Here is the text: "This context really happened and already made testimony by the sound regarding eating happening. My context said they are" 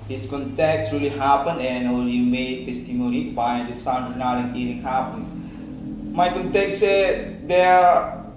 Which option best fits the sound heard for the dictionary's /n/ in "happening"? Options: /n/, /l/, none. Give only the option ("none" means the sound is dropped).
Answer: none